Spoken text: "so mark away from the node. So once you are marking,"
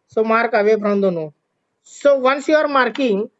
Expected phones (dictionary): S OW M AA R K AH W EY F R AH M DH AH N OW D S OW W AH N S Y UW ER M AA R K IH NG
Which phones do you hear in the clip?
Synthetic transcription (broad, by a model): S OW M AA R K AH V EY P R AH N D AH N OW S OW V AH N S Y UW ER M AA R K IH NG